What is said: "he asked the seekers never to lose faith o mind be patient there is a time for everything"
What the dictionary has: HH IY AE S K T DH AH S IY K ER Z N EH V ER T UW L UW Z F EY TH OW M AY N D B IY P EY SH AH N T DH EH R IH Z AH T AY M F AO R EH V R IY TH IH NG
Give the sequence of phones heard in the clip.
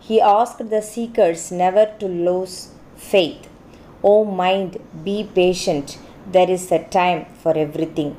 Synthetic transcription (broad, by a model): HH IY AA S K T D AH S IY K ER S N EH V ER T UW L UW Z F EY T OW M AY N D B IY P EY SH AH N T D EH R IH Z AH T AY M F AO R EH V R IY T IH NG